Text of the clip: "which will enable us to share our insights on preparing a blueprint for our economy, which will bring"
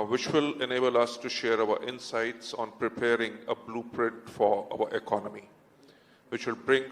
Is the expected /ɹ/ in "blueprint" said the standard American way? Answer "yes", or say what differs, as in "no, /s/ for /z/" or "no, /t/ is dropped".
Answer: yes